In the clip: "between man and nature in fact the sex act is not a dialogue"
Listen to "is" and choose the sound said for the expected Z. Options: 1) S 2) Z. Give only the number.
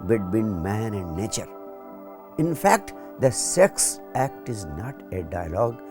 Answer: 2